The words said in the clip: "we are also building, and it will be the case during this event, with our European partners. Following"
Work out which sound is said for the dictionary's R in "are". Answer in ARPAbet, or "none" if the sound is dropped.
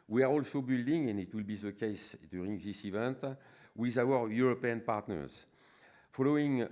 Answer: R